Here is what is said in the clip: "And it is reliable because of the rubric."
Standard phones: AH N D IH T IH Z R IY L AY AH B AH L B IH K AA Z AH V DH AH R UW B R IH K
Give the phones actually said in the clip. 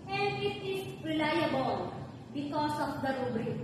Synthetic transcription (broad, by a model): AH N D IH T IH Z R IY L AY AH B AH L B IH K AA S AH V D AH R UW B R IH